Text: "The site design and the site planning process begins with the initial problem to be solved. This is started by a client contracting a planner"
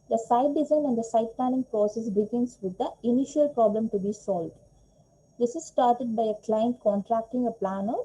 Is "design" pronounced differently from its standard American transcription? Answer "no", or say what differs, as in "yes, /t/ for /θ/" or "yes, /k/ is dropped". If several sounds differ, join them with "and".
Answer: yes, /l/ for /n/